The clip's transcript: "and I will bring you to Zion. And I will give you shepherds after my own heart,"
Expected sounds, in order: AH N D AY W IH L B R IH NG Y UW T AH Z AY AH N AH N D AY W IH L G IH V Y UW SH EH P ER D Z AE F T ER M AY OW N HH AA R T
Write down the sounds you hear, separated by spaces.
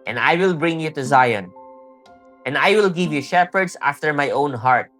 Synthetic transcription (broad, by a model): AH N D AY W IH L B R IH NG Y UW T AH Z AY AH N AH N D AY W IH L G IH V Y UW SH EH P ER D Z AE F T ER M AY OW N HH AA R T